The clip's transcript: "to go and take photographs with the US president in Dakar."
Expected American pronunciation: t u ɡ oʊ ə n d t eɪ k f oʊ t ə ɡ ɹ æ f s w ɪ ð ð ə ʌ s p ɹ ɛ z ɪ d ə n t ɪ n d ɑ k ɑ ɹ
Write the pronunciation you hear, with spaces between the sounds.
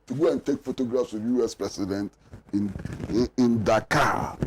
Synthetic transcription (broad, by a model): t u ɡ oʊ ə n t eɪ k f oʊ t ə ɡ ɹ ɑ f s w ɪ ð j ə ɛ s p ɹ ɛ s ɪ d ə n t ɪ n d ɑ k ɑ